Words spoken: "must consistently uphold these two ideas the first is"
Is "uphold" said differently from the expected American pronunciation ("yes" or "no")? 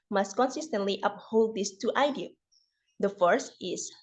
no